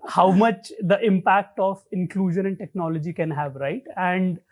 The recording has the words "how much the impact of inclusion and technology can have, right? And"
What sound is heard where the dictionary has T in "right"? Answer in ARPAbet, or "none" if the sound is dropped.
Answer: T